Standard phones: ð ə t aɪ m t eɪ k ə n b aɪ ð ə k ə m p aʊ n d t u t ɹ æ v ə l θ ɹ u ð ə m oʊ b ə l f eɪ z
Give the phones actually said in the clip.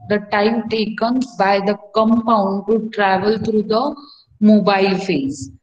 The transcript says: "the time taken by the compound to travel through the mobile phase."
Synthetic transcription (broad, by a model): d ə t aɪ m t eɪ k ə n b aɪ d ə k ə m p aʊ n d t u t ɹ æ v ə l t ɹ u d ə m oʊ b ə l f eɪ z